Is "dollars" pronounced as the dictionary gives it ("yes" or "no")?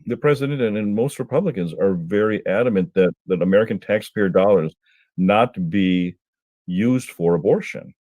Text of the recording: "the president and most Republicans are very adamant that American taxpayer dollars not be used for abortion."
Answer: yes